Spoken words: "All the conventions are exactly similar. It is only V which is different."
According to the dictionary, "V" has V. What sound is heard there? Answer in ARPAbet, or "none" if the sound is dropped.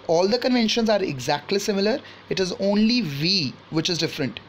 V